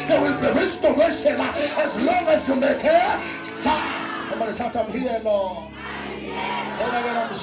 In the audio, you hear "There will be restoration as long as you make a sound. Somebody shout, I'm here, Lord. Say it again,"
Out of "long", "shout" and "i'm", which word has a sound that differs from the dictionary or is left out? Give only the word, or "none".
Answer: shout